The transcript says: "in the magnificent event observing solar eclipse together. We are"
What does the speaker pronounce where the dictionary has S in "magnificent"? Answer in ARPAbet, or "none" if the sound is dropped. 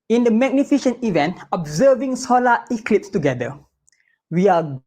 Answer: SH